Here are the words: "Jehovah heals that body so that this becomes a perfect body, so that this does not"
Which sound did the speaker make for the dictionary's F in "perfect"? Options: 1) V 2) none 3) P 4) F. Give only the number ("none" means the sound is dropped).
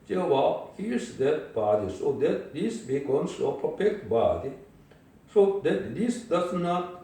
3